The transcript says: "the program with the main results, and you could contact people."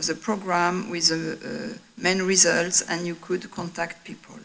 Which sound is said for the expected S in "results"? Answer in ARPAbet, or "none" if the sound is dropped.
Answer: S